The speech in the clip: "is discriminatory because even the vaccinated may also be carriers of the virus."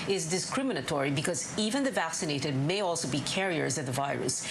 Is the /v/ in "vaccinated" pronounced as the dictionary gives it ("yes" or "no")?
yes